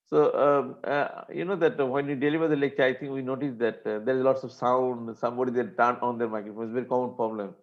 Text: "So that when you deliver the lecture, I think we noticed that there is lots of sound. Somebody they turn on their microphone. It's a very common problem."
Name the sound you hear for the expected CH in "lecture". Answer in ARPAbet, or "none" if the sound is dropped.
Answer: CH